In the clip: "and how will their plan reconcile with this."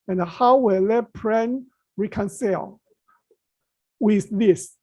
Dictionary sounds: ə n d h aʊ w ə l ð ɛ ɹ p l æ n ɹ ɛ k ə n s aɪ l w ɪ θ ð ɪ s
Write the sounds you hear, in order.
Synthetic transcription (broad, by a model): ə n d h aʊ w ə l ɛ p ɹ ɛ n ɹ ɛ k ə n s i l w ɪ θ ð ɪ s